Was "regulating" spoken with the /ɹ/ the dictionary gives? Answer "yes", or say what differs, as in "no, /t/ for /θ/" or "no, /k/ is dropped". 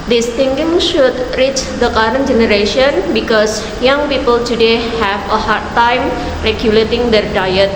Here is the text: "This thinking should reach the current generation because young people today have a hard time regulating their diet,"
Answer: yes